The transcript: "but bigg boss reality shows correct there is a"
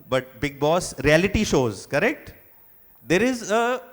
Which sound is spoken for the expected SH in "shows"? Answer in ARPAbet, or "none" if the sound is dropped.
SH